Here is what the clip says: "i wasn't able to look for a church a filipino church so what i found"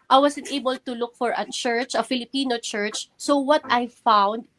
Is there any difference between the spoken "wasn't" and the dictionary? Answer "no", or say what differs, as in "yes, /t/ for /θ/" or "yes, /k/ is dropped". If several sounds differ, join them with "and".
yes, /s/ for /z/